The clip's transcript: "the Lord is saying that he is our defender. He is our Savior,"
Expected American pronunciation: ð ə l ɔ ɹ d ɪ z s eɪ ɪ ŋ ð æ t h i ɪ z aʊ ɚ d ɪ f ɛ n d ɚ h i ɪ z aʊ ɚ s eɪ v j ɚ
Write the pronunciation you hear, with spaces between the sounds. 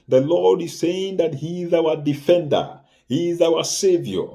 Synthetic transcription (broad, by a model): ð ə l ɔ ɹ d ɪ z s eɪ ɪ ŋ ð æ t h i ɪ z aʊ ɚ d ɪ f ɛ n d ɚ h i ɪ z aʊ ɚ s eɪ v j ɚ